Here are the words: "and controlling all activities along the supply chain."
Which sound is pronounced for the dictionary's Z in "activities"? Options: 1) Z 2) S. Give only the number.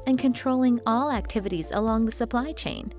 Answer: 1